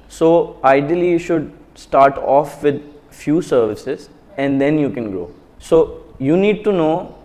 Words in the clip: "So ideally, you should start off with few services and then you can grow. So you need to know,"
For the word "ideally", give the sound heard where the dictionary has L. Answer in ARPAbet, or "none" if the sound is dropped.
none